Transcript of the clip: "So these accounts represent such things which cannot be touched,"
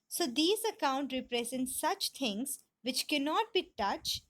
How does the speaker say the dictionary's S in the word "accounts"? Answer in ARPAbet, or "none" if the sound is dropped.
none